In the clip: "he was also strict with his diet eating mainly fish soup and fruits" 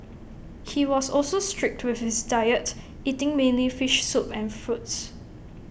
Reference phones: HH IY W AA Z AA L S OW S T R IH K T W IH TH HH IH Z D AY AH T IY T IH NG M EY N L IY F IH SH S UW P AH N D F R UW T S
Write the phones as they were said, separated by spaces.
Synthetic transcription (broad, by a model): HH IY W AA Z AA L S OW S T R IH K T W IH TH HH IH S D AY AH T IY T IH NG M EY N L IY F IH SH S UW P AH N F R UW T S